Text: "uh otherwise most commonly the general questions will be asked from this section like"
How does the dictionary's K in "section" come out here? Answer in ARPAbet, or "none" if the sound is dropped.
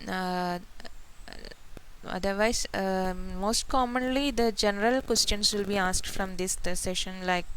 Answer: none